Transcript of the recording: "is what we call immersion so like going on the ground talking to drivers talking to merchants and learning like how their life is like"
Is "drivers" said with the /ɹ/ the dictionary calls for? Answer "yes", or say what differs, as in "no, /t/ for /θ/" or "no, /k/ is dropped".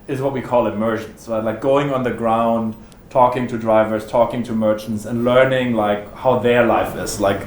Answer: yes